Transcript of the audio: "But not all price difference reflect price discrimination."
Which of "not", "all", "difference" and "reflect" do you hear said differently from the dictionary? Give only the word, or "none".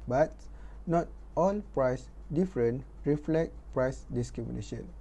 difference